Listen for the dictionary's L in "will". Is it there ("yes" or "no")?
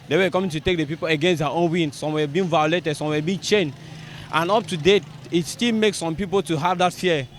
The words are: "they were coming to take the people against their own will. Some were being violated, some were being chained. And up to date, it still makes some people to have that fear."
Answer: no